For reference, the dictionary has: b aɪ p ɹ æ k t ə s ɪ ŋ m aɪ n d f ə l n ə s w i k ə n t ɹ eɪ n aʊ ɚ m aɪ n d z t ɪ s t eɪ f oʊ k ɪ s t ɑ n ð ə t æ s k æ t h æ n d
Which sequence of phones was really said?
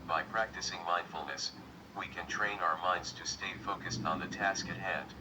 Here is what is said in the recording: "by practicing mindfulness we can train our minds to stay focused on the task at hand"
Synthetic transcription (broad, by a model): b aɪ p ɹ æ k t ə s ɪ ŋ m aɪ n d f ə l n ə s w i k ə n t ɹ eɪ n aʊ ɚ m aɪ n d z t ɪ s t eɪ f oʊ k ɪ s t n ð ə t æ s k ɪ t h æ n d